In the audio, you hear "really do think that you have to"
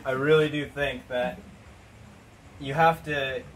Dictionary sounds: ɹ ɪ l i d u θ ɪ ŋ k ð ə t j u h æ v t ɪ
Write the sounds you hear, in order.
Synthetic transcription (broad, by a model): ɹ ɪ l i d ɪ θ ɪ ŋ k ð ə t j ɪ h æ f t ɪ